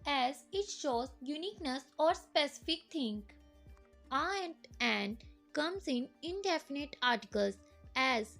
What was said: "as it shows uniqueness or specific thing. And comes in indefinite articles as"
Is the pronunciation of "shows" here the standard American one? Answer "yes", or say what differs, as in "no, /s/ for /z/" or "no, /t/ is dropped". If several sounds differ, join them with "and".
yes